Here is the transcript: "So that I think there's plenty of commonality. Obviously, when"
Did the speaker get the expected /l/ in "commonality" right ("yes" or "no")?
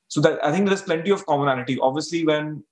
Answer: no